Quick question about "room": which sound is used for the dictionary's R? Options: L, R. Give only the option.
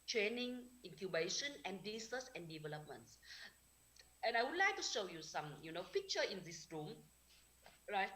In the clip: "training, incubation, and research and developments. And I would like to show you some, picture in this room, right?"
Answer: R